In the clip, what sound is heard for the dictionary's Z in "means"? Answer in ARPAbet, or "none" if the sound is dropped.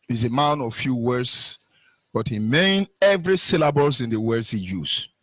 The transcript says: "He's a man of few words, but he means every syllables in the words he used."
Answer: none